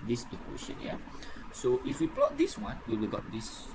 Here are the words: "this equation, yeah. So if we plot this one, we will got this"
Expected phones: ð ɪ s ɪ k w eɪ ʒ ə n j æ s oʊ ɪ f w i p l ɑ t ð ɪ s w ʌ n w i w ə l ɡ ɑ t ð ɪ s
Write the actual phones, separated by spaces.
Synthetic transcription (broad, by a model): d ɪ s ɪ k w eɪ ʃ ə n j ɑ s oʊ ɪ f w i p l ɑ t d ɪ s w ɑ n w i w ə l ɡ ɑ t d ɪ s